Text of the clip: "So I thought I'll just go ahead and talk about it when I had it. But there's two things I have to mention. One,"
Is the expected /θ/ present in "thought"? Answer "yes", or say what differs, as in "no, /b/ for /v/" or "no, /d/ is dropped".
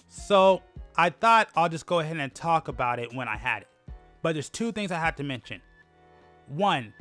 yes